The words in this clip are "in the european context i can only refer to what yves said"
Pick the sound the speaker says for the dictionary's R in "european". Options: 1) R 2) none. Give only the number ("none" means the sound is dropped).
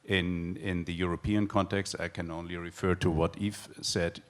1